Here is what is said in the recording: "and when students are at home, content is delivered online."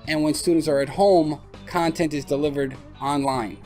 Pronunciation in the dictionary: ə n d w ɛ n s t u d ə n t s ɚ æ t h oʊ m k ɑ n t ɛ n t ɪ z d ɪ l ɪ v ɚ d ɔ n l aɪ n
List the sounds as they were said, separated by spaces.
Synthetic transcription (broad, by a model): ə n w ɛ n s t u d n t s ɚ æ t h oʊ m k ɑ n t ɛ n t ɪ z d ɪ l ɪ v ɚ d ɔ n l aɪ n